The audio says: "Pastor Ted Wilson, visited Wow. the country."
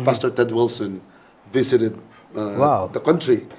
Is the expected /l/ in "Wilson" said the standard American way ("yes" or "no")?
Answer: yes